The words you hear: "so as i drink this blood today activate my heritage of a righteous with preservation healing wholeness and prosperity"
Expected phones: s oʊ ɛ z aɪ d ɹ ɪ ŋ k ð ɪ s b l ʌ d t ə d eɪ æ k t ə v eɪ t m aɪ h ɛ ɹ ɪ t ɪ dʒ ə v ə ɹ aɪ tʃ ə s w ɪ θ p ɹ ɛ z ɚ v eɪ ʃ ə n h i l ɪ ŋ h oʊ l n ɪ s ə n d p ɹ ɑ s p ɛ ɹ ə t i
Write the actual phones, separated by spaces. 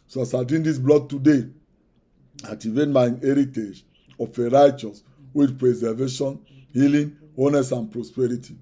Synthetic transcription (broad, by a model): s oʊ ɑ s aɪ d i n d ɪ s b l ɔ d t ə d eɪ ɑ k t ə v eɪ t m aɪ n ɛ ɹ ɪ t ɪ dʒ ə f ə ɹ aɪ tʃ ə s w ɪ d p ɹ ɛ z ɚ v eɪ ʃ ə n h i l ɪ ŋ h oʊ n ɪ s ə n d p ɹ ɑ s p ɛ ɹ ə t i